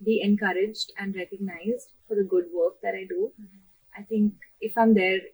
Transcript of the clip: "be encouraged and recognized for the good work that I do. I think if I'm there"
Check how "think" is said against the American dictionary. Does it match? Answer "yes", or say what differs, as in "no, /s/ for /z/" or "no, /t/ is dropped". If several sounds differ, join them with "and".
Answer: no, /t/ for /θ/